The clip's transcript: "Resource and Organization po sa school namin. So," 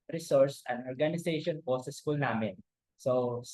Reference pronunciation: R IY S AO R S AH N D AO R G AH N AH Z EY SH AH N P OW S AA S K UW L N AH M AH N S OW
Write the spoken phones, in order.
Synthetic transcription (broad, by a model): R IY S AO R S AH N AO R G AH N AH S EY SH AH N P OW S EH S K UW L N AH M AH N S OW